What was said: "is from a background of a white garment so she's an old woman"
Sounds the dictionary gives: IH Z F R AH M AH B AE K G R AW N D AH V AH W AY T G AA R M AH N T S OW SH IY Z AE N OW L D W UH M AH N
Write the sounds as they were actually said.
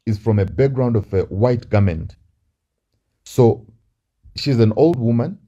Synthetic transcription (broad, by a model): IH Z F R AH M AH B AE K G R AW N D AH V AH W AY T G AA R M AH N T S OW SH IY Z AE N OW L D W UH M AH N